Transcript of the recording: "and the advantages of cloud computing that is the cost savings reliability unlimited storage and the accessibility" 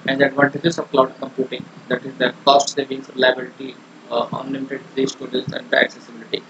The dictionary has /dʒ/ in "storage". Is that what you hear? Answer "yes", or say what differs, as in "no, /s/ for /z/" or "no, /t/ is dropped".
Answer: no, /z/ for /dʒ/